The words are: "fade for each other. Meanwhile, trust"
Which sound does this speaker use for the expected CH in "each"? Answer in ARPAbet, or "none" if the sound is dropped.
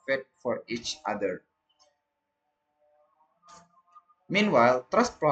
CH